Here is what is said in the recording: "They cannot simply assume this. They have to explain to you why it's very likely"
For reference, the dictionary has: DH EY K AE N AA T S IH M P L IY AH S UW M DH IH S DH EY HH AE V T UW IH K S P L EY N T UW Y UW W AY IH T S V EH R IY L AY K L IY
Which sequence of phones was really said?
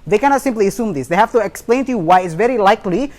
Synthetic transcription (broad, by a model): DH EY K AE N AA T S IH M P L IY AH S UW M DH IH S DH EY HH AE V T UW IH K S P L EY N T UW Y UW W AY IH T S V EH R IY L AY K L IY